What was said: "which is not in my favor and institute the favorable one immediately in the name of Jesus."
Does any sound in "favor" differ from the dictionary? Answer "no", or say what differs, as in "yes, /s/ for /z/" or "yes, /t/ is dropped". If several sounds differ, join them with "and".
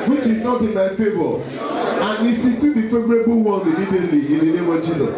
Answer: yes, /b/ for /v/